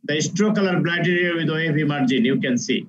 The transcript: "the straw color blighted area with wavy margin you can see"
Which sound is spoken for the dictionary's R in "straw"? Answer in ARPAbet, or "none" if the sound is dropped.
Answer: R